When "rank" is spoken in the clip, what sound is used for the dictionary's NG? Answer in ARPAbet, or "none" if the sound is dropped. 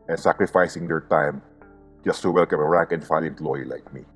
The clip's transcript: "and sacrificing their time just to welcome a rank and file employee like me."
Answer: none